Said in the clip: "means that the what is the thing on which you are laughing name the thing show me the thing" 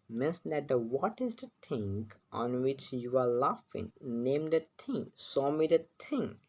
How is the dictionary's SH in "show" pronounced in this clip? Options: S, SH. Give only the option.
S